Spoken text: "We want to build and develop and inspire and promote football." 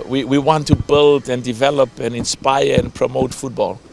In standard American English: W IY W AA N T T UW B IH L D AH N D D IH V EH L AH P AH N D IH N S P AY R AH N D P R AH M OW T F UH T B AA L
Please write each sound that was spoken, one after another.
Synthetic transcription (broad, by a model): W IY W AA N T T UW B IH L D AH N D D IH V EH L AH P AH N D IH N S P AY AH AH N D P R AH M OW T F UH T B AA L